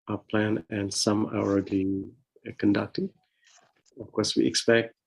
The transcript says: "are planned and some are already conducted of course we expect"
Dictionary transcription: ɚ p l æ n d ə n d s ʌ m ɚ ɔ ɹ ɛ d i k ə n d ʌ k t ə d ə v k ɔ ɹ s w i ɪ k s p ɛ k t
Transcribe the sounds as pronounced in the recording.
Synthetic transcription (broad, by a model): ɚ p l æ n ə n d s ʌ m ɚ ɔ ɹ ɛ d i k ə n d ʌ k t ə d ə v k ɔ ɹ s w i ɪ k s p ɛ k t